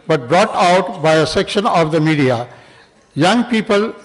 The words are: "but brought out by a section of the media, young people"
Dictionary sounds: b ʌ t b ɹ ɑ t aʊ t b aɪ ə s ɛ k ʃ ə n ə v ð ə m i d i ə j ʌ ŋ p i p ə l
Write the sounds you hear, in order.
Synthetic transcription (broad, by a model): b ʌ t b ɹ ɑ t aʊ t b aɪ ə s ɛ k ʃ ə n ə v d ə m i d i ə j ʌ ŋ p i p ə l